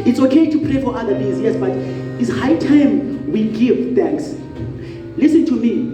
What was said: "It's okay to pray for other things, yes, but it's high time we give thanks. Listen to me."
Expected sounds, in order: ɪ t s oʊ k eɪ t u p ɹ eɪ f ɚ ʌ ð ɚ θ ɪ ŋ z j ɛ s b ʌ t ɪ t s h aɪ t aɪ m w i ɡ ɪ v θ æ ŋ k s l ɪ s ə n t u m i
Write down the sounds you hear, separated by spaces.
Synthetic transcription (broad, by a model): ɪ t s oʊ k eɪ t u p ɹ eɪ f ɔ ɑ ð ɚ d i z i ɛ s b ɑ t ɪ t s h aɪ t aɪ m w i ɡ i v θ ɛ ŋ k s l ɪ s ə n t u m i